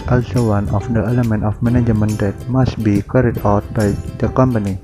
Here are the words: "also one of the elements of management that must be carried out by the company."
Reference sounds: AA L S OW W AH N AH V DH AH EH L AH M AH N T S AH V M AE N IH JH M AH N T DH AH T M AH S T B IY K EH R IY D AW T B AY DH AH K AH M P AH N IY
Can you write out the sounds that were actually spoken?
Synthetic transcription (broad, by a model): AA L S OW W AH N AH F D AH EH L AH M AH N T AH F M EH N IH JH M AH N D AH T M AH S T B IY K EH R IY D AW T B AY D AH K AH M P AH N IY